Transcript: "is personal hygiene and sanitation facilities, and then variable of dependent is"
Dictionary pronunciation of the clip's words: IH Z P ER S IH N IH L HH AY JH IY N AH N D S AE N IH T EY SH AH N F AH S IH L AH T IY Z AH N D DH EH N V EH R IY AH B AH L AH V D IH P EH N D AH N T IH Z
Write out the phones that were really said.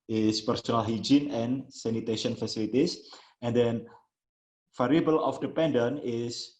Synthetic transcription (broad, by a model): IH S P ER S IH N IH L HH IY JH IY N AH N S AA N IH T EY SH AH N F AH S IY L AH T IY S AH N D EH N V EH R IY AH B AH L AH F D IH P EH N D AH N IH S